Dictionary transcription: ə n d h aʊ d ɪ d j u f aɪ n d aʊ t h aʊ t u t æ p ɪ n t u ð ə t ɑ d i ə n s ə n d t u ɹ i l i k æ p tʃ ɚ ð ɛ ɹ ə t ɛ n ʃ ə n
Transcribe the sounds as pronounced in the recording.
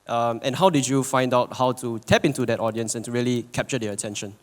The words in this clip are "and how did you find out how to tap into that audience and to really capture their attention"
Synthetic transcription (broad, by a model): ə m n h aʊ d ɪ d j u f aɪ n d aʊ t h aʊ t u t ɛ p ɪ n t u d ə t ɑ d i ə n s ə n t u ɹ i l i k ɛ p tʃ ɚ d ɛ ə t ɛ n ʃ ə n